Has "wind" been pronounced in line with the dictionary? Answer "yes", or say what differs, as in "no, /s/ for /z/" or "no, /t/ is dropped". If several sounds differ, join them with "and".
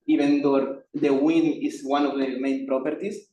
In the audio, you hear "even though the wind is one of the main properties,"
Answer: no, /d/ is dropped